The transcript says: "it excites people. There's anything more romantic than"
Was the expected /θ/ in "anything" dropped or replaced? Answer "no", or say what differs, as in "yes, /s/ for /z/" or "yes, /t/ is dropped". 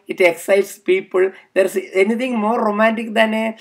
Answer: yes, /t/ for /θ/